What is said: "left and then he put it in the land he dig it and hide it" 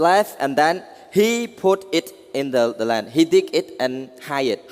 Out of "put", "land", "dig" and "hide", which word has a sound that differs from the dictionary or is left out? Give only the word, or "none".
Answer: hide